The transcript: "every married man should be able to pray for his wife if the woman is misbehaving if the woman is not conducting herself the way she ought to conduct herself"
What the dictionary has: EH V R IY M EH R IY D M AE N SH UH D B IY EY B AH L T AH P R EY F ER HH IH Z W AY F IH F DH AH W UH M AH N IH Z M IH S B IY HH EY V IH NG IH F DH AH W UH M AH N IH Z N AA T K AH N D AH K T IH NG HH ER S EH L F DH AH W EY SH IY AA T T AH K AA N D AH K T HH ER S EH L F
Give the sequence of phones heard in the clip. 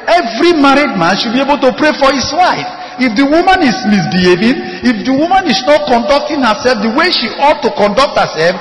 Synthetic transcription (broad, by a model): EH V R IY M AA R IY D M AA N SH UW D B IY EY B AH L T AH P R EY F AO HH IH S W AY F IH F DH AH W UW M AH N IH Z M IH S B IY HH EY V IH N IH F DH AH W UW M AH N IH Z N AA T K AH N D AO K T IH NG HH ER S EH L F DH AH W EY SH IY AA T T AH K AA N D AH K T HH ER S EH L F